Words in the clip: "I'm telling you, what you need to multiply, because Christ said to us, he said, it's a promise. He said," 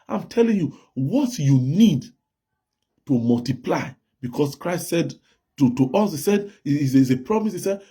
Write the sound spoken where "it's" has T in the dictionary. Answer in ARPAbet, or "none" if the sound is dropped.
S